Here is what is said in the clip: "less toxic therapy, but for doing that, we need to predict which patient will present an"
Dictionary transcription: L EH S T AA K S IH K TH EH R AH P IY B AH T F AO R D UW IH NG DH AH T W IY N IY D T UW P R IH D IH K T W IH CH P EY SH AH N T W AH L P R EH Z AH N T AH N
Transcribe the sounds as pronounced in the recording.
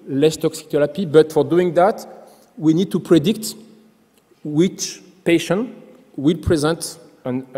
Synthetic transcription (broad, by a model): L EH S T AA K S IH K T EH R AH P IY B AH T F AO R D UW IH NG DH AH T W IY N IY D T UW P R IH D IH K T W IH CH P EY SH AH N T W AH L P R EH Z AH N T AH N